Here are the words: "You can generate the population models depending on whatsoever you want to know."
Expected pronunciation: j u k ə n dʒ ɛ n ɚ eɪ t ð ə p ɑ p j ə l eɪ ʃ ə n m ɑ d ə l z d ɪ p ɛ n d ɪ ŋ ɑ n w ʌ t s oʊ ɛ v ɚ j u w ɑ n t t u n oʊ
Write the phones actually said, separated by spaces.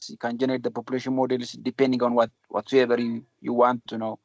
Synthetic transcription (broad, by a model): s k ə n dʒ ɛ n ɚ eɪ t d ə p ɑ p j ə l eɪ ʃ ə n m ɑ d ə l s d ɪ p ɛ n d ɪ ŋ ɑ n w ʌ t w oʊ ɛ b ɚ j u w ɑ n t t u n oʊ